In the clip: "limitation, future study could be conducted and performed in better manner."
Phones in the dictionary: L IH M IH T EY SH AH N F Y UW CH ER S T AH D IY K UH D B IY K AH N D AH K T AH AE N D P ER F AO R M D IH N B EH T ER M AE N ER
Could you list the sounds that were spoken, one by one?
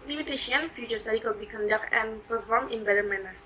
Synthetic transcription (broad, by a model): L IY M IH T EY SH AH N F Y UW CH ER S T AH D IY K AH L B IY K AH N D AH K T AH N P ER F AO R M IH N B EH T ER M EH N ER